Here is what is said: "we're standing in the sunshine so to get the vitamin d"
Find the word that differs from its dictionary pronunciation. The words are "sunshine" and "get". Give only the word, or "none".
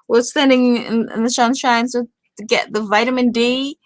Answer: sunshine